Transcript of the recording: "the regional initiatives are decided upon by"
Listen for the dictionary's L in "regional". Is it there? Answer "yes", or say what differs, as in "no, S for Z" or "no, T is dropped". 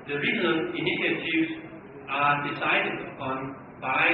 no, N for L